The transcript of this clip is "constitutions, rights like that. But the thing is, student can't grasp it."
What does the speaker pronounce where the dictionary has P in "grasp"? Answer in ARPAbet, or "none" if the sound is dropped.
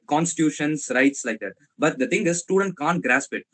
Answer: P